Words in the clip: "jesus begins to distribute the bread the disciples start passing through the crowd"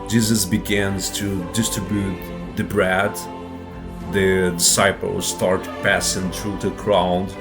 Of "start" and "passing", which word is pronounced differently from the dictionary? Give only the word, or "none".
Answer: none